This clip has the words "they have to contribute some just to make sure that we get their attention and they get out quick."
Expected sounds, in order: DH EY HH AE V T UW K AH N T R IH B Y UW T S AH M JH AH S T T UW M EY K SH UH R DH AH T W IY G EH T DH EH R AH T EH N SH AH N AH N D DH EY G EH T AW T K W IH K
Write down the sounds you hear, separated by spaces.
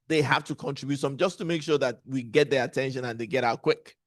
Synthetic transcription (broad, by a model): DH EY HH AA F T UW K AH N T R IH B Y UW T S AH M JH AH S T T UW M EY K SH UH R DH AH T W IY G EH T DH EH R AH T EH N SH AH N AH N DH EY G EH T AW T K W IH K